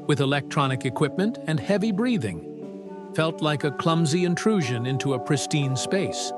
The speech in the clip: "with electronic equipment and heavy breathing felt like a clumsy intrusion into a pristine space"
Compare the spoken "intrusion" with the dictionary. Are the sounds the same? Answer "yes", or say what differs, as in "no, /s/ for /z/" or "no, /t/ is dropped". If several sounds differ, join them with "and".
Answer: yes